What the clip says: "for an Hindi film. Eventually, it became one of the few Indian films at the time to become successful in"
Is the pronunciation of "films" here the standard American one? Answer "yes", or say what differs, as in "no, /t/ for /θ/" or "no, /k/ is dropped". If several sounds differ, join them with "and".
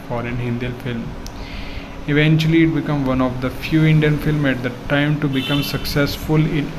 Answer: no, /z/ is dropped